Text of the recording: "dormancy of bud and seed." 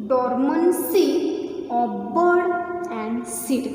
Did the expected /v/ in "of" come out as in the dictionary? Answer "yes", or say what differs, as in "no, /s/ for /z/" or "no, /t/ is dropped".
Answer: no, /b/ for /v/